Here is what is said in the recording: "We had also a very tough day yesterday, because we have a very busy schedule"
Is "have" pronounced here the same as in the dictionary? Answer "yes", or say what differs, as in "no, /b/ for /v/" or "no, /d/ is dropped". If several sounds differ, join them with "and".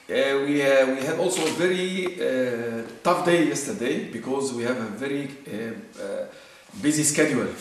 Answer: yes